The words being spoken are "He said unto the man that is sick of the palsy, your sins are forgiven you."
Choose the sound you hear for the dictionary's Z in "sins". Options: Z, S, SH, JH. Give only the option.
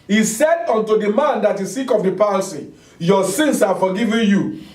S